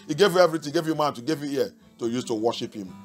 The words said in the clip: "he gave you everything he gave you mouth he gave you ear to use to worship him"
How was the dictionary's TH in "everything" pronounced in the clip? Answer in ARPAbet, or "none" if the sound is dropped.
T